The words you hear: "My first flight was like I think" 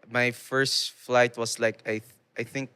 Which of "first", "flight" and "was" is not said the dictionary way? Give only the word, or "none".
was